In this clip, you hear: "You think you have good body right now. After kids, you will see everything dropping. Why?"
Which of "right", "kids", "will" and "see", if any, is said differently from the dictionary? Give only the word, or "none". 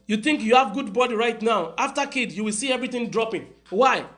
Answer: kids